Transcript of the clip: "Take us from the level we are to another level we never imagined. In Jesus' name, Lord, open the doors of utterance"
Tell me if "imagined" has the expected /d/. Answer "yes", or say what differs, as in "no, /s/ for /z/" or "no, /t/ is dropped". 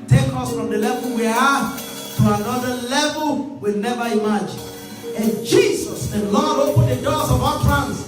no, /d/ is dropped